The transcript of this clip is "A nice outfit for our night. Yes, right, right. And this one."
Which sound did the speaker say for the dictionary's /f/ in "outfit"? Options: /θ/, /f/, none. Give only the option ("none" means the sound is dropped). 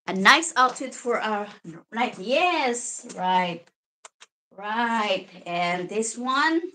none